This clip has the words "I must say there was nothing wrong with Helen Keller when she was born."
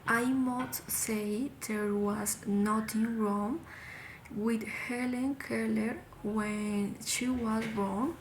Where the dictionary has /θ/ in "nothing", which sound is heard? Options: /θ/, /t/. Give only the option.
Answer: /t/